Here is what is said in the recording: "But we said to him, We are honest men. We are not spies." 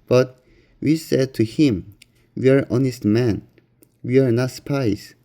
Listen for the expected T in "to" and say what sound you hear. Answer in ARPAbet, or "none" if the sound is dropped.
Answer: T